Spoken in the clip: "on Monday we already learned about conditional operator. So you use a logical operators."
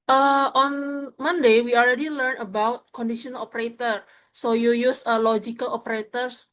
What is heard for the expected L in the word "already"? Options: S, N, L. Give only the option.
L